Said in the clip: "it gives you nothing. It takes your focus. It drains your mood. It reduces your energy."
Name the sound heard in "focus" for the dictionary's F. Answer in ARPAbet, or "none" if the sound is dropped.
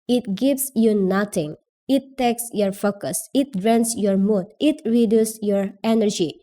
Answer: F